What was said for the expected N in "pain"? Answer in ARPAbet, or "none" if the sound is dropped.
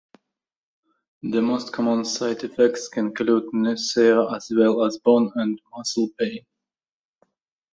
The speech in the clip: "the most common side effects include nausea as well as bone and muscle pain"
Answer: none